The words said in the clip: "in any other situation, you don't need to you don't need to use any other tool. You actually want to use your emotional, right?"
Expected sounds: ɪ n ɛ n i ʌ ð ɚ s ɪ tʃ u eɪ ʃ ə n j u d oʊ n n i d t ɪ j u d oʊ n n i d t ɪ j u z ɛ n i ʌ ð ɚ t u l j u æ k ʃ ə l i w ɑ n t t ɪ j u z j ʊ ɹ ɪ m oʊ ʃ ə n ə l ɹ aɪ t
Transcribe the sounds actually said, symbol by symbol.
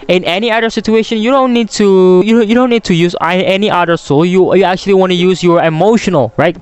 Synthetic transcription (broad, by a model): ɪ n ɛ n i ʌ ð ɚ s ɪ tʃ u eɪ ʃ ə n j u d oʊ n n i d t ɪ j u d oʊ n n i d t ɪ j u z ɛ n i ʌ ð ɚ s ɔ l j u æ k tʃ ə l i w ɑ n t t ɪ j u z j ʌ ɹ ɪ m oʊ ʃ ə n ə l ɹ aɪ t